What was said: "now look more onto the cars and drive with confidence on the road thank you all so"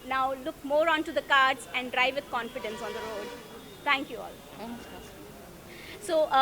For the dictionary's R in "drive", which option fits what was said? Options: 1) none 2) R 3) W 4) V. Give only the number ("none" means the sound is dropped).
2